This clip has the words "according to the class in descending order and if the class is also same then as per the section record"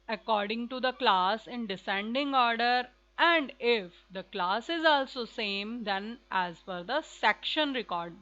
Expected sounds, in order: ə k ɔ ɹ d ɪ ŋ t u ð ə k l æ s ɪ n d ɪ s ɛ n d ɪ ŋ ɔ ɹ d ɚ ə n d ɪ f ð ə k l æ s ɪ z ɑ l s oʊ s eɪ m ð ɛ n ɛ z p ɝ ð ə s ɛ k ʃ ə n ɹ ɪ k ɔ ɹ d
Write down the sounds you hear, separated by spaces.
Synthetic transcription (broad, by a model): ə k ɔ ɹ d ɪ ŋ t u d ə k l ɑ s ɪ n d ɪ s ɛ n d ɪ ŋ ɔ ɹ d ɚ ə n d ɪ f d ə k l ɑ s ɪ z ɑ l s oʊ s eɪ m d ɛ n ɛ z f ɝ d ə s ɛ k ʃ ə n ɹ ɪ k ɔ ɹ d